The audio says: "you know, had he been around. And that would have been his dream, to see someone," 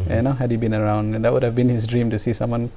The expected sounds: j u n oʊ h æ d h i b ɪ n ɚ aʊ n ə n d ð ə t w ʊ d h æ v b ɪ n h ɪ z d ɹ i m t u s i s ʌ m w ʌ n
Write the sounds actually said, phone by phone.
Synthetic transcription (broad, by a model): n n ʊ h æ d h i b ɪ n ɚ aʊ ə n d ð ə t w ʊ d h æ v b ɪ n h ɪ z d ɹ i m t u s i s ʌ m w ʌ n